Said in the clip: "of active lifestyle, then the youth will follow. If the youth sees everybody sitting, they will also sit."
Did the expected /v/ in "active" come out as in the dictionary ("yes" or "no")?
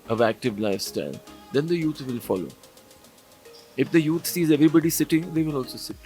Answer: yes